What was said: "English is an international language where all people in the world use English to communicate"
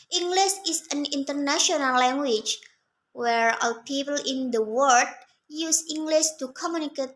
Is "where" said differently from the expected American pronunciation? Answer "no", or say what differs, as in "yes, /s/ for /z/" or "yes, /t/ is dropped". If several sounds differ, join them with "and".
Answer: no